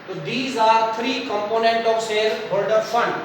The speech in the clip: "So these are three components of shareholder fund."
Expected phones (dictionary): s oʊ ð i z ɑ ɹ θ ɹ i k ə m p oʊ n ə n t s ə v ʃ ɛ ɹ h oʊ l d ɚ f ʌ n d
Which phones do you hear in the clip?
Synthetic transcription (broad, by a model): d i z ɑ ɹ t ɹ i k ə m p oʊ n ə n t ə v s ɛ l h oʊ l d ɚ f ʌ n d